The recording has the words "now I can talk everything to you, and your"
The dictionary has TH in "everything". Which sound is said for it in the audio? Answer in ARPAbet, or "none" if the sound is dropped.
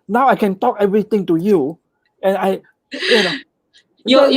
T